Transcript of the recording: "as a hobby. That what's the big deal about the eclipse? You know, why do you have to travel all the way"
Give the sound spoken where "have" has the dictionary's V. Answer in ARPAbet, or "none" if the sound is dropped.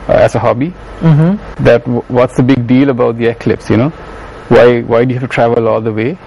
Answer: F